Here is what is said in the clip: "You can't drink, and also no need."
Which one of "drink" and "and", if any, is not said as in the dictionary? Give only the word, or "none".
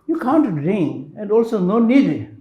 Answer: drink